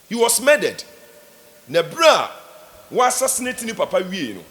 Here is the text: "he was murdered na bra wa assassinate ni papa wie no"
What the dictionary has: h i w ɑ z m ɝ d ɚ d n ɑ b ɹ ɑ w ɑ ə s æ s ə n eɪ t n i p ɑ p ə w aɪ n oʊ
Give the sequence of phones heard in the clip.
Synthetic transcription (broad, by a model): h i w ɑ s m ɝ d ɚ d n ɑ b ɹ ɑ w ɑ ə s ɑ s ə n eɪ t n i p ɑ p ə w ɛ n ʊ